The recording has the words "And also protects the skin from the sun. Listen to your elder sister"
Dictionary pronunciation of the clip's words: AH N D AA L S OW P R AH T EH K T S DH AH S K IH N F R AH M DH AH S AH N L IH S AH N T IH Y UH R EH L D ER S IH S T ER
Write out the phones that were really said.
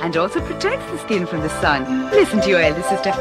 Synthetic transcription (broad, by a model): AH N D AA L S OW P R AH T EH K T S DH AH S K IH N F R AH M DH AH S AH N L IH S AH N T IH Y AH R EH L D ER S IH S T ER